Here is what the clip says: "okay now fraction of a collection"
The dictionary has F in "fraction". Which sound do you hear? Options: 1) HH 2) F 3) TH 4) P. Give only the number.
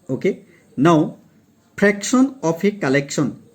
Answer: 4